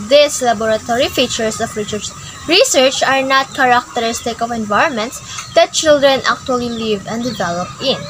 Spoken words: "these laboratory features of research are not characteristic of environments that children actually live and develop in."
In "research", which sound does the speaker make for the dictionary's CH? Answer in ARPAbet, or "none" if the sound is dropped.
CH